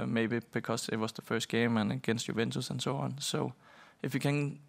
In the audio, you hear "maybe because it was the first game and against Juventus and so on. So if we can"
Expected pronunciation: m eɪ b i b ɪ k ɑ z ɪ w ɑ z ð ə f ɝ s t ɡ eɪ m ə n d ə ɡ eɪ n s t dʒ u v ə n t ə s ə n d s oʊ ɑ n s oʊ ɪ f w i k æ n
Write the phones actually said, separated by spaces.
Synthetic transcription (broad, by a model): m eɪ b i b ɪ k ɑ s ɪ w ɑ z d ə f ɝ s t ɡ eɪ m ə n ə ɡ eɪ n s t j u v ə n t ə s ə n s oʊ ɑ n s oʊ ɪ f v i k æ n